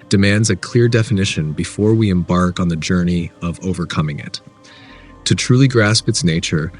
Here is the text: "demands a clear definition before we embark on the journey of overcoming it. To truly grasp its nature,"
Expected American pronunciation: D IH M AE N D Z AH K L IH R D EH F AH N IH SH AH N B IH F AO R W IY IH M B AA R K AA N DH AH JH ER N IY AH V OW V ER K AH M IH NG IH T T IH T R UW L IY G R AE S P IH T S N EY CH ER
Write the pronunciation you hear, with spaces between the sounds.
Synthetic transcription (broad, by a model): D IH M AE N D Z AH K L IH R D EH F AH N IH SH AH N B IH F AO R W IY IH M B AA R K N DH AH JH ER N IY AH V OW V ER K AH M IH NG IH T T IH T R UW L IY G R AE S P IH T S N EY CH ER